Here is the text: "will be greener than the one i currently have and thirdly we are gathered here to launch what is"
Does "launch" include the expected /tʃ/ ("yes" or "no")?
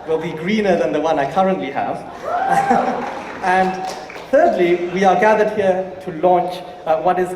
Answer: yes